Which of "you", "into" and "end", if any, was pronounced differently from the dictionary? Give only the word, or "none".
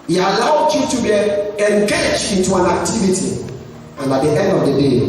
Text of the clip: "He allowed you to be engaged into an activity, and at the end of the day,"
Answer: into